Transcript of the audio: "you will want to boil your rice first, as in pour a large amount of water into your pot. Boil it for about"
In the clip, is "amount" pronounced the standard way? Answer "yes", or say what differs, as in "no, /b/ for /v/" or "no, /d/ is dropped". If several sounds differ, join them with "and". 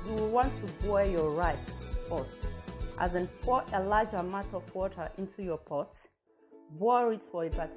no, /n/ is dropped